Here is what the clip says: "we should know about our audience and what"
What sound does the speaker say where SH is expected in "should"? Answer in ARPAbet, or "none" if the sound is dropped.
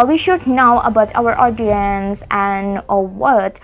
SH